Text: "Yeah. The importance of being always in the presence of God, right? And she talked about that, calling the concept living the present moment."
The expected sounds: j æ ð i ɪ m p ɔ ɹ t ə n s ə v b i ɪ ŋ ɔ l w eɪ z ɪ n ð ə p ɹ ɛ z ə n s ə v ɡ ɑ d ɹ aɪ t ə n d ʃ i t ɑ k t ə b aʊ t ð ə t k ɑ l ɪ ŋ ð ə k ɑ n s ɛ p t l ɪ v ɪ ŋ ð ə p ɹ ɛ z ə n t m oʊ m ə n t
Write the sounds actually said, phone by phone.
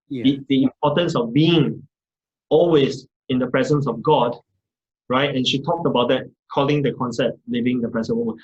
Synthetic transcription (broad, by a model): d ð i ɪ m p ɔ t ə n s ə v b i ɪ ŋ ɔ l w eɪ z ɪ n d ə p ɹ ɛ z ə n s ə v ɡ ɑ d ɹ aɪ t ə n ʃ i t ɑ k t ə b aʊ t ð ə t k ɑ l ɪ ŋ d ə k ɑ n s ɛ p t l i v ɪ ŋ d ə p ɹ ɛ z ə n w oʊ m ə n